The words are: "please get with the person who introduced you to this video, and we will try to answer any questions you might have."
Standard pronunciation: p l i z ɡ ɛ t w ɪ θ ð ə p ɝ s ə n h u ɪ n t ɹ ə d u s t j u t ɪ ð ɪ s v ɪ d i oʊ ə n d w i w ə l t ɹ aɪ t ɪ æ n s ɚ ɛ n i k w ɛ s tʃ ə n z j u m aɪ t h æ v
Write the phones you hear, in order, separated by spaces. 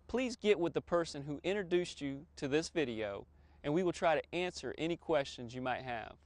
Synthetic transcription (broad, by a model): p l i z ɡ ɛ t w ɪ ð ə p ɝ s ə n h u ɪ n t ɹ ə d u s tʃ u t ɪ ð ɪ s v ɪ d i oʊ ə n w i w ə l t ɹ aɪ t ɪ æ n s ɚ ɛ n i k w ɛ s tʃ ə n z j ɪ m aɪ t h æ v